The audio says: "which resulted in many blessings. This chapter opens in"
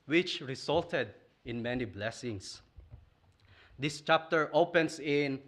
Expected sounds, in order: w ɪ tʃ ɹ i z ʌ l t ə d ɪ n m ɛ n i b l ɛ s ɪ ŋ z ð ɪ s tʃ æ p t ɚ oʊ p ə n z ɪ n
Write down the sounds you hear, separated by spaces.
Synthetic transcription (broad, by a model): w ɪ tʃ ɹ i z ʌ l t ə d ɪ n m ɛ n i b l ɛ s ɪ ŋ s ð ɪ s tʃ æ p t ɚ oʊ p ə n s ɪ n